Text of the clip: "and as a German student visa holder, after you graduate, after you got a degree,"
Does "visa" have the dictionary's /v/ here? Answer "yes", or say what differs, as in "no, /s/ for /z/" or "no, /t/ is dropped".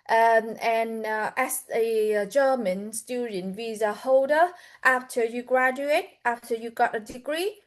yes